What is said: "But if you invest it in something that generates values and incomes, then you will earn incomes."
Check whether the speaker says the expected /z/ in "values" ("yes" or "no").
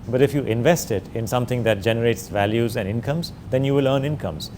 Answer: yes